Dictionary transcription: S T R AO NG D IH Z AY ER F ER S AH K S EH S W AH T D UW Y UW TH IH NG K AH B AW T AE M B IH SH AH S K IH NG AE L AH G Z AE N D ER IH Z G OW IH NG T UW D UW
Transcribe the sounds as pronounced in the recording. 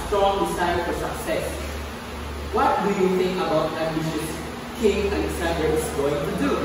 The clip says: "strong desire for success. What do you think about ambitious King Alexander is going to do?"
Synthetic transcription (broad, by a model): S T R AO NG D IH S AY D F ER S AH K S EH S W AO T D UW Y UW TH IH NG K AH B AW T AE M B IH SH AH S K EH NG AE N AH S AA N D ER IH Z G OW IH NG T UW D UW